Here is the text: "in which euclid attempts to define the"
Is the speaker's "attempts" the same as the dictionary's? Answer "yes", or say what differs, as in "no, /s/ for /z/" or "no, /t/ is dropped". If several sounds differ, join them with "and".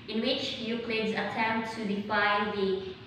no, /s/ is dropped